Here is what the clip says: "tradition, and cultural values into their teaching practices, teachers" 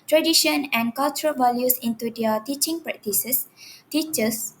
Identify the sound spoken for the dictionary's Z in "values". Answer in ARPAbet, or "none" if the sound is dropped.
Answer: S